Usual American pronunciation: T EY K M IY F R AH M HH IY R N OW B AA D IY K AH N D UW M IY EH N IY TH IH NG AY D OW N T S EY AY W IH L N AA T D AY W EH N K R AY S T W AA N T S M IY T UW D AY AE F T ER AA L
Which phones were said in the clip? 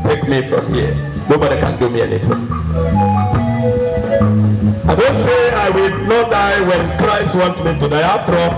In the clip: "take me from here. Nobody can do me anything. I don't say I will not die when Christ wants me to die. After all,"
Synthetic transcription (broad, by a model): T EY K M IY F R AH M HH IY N OW B AA D IY K AH N D UW M IY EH N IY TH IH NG AY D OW N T S EY AY W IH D N AA T D AY W EH N K R AY S T W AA N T M IY T UW D AY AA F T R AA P